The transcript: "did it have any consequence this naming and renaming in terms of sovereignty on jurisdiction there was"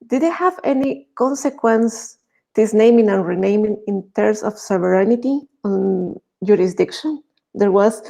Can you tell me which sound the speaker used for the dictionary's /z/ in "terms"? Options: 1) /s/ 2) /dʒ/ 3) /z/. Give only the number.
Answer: 1